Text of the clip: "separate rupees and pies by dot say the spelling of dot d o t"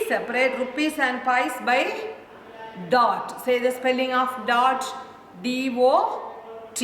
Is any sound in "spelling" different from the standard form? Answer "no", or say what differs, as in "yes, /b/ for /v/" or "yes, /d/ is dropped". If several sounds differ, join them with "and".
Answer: no